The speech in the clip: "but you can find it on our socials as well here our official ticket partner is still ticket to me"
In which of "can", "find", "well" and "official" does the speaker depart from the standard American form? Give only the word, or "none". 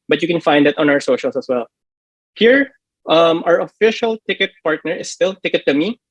none